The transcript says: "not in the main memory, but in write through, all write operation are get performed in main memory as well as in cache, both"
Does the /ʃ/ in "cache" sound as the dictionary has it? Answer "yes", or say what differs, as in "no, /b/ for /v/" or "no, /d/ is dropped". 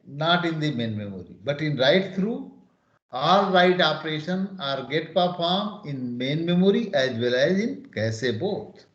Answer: no, /s/ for /ʃ/